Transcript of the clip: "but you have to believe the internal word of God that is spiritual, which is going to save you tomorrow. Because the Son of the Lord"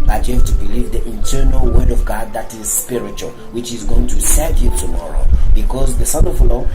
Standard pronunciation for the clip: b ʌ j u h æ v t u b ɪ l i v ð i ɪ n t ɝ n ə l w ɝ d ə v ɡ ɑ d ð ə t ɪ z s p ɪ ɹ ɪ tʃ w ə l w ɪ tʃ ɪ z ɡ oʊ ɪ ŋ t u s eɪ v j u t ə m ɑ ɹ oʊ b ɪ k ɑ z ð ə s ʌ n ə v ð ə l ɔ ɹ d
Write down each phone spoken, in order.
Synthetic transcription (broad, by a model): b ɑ j u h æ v t u b ɪ l i v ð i ɪ n t ɝ n ə l w ɝ d ə v ɡ ɑ d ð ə t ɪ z s p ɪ ɹ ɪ tʃ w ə l w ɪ tʃ ɪ z ɡ oʊ ɪ ŋ t u s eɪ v j u t ə m ɑ ɹ oʊ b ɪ k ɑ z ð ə s ʌ n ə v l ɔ